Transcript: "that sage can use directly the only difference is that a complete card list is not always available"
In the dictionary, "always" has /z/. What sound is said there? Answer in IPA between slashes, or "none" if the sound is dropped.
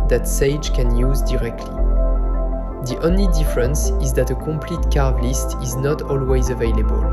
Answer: /z/